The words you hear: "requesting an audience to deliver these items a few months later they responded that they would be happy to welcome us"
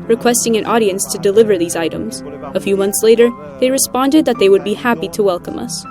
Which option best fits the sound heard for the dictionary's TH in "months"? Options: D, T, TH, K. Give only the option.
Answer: TH